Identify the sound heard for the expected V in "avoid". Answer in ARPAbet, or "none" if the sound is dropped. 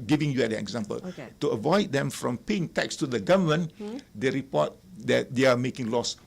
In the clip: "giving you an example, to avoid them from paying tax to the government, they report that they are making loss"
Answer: V